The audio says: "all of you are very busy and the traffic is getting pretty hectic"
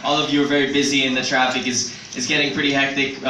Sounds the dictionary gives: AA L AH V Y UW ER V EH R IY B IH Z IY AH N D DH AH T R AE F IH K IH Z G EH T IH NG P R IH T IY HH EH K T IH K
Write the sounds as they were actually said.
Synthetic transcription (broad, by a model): AA L AH V Y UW ER V EH R IY B IH Z IY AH N DH AH T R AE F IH K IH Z G EH T IH NG P R IH T IY HH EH K T IH K